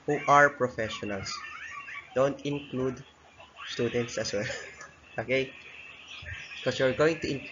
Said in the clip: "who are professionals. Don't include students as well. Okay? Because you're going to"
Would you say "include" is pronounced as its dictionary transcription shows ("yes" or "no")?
yes